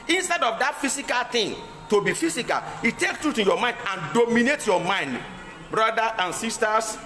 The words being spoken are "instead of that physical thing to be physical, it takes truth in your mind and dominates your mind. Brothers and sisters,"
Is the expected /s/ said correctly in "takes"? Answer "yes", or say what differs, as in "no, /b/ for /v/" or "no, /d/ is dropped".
no, /s/ is dropped